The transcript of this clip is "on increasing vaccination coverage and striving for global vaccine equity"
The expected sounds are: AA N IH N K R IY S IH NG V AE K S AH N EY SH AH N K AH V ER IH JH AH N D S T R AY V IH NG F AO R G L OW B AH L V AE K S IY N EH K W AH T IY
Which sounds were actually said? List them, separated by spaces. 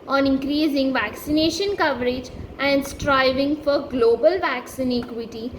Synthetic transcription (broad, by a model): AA N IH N K R IY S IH NG V AE K S AH N EY SH AH N K AH V ER IH JH AH N D S T R AY V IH NG F AO R G L OW B AH L V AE K S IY N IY K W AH T IY